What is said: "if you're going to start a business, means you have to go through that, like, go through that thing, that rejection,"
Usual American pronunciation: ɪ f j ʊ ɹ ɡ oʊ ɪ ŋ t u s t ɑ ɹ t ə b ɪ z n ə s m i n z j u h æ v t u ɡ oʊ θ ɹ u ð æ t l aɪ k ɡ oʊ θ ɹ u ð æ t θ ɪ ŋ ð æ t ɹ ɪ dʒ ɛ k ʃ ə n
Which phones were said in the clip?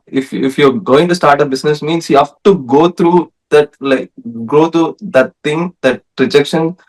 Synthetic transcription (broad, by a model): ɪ f j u ɹ ɡ oʊ ɪ ŋ t u s t ɑ ɹ t ə b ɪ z n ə s m i n s j u h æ f t u ɡ oʊ t ɹ u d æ t l aɪ k ɡ oʊ t ɹ u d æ t t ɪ ŋ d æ t ɹ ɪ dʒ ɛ k ʃ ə n